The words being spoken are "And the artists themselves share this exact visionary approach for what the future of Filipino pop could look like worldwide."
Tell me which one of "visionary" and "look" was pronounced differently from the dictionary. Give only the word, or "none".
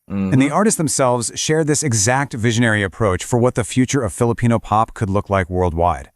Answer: none